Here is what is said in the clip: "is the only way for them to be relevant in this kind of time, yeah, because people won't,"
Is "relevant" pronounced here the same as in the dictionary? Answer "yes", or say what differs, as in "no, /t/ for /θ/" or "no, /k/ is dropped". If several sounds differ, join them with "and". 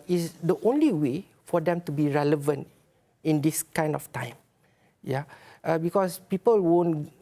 yes